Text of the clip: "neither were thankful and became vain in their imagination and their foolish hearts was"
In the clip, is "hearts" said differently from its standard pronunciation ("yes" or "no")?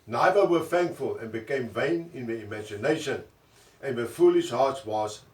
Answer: yes